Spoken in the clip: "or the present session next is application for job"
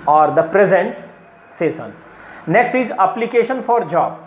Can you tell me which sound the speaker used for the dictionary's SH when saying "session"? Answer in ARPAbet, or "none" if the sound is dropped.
S